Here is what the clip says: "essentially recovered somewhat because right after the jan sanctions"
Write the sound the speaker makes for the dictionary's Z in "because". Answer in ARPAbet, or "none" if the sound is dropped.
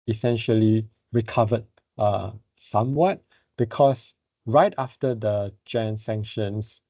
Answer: S